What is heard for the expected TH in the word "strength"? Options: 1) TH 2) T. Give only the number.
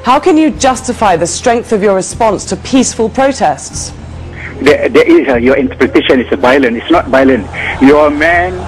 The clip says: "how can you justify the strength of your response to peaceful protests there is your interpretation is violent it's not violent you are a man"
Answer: 1